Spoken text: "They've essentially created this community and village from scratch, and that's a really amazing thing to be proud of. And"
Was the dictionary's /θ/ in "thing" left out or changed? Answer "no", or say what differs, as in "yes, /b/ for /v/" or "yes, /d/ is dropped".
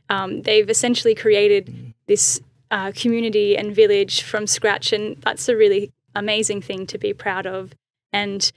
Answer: no